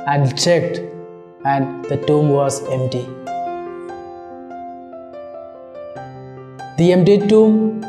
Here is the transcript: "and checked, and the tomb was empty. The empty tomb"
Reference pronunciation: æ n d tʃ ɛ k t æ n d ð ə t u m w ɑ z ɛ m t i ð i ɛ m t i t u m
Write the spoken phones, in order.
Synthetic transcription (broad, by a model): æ n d tʃ ɛ k t æ n d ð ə t u m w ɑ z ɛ m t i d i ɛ m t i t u m